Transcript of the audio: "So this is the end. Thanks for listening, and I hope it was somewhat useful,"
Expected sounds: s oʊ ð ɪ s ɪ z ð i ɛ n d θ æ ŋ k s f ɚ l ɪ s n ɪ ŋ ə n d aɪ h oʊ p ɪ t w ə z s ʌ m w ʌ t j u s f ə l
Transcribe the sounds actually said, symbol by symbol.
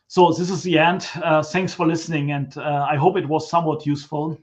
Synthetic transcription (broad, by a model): s oʊ ð ɪ s ɪ z ð i ɛ n d θ æ ŋ k s f ɚ l ɪ s n ɪ ŋ ə n d aɪ h oʊ p ɪ t w ə z s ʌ m w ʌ t j u s f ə l